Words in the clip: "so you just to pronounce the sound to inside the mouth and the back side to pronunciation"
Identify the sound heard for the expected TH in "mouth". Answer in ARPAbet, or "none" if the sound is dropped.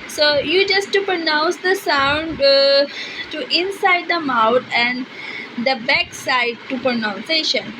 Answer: T